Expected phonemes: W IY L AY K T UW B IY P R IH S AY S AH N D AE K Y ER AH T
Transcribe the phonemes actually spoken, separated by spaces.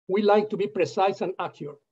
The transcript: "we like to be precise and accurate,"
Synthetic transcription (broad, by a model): W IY L AY K T UW B IY P R IH S AY S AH N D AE K Y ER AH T